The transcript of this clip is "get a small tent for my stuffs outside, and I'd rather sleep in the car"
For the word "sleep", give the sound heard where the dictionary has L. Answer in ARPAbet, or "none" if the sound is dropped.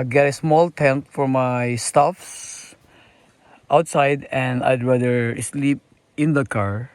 L